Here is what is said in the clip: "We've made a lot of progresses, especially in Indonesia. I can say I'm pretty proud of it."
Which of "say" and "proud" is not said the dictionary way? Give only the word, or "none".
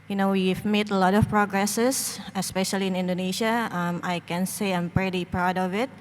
none